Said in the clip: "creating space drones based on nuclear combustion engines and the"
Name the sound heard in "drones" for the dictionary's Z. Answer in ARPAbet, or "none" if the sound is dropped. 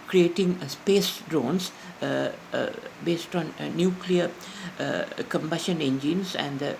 S